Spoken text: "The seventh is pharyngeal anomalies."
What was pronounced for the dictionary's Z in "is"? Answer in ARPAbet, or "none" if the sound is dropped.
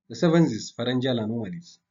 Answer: S